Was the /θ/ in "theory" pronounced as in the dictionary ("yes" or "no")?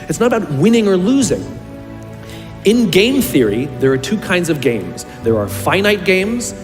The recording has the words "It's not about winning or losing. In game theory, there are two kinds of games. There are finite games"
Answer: yes